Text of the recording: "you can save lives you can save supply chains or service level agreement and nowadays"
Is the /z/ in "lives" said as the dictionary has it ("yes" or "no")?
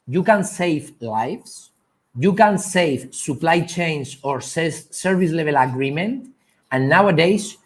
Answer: no